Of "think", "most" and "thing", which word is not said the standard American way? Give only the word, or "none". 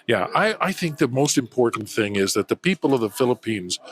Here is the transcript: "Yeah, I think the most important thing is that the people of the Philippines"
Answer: none